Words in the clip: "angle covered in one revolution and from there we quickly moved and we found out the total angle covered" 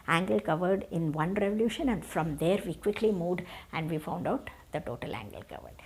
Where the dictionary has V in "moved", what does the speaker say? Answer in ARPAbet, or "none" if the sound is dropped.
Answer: none